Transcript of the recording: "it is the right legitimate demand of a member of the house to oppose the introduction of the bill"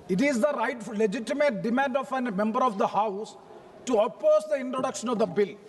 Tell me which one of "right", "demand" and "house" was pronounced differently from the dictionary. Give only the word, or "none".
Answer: none